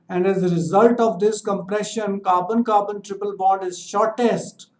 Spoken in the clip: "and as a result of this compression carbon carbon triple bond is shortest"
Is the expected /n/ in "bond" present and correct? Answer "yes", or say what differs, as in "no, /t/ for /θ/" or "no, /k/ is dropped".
no, /n/ is dropped